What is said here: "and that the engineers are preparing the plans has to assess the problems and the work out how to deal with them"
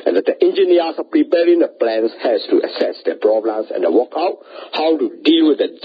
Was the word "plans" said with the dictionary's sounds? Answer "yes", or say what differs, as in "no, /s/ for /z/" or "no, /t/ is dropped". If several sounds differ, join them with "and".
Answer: no, /s/ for /z/